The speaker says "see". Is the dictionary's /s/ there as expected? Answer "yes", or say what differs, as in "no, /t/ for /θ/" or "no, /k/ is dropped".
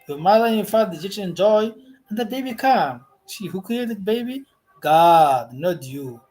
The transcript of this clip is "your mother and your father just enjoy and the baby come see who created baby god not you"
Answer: no, /ʃ/ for /s/